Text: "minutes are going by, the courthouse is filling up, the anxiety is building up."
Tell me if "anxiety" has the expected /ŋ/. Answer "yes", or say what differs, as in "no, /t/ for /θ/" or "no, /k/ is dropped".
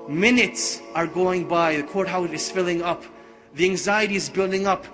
yes